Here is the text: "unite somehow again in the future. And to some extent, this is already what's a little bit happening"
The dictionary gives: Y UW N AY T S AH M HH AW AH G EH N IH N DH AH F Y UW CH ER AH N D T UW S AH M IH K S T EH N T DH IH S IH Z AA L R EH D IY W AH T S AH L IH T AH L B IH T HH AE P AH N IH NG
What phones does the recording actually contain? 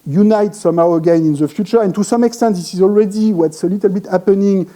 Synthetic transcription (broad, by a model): Y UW N AY T S AH M HH AW AH G EH N IH N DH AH F Y UW CH ER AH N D T UW S AH M IH K S T EH N T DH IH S IH Z AA L R EH D IY W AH T S AH L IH T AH L B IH T HH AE P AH N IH NG